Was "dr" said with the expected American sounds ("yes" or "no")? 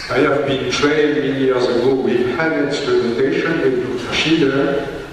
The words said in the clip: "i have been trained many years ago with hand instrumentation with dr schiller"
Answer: no